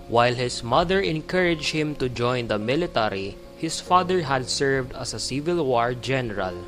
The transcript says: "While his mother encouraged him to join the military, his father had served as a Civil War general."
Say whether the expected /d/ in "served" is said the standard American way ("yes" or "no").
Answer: yes